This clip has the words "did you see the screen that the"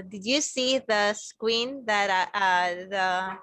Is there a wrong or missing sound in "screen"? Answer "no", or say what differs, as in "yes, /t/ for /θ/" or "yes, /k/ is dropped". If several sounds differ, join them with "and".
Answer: yes, /w/ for /ɹ/